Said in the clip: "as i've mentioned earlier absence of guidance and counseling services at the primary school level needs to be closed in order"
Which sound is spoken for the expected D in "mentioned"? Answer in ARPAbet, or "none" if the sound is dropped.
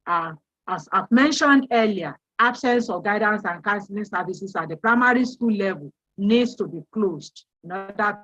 D